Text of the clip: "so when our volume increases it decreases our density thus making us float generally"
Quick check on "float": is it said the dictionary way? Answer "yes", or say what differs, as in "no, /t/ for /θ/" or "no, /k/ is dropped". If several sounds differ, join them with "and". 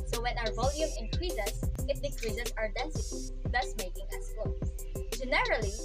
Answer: no, /l/ is dropped